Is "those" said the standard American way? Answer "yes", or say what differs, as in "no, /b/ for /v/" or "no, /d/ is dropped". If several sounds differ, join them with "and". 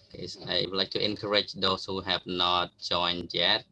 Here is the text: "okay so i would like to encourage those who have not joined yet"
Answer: no, /s/ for /z/